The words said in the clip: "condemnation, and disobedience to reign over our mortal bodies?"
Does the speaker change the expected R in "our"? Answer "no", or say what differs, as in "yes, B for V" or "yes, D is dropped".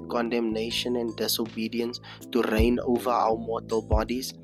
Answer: yes, W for R